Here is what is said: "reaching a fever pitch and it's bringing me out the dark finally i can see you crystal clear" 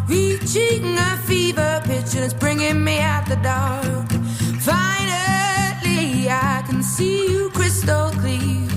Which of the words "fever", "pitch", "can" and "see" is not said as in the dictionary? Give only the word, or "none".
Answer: none